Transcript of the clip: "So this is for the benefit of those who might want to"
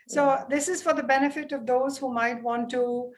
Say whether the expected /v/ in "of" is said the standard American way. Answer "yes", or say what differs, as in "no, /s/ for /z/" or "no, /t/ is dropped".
yes